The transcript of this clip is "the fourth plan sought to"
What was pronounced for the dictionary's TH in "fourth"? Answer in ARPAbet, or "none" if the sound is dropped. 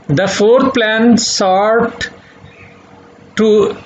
T